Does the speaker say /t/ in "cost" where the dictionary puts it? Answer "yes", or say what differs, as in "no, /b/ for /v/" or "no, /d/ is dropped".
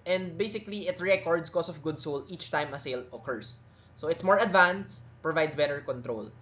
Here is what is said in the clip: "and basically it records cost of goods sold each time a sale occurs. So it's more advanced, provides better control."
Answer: no, /t/ is dropped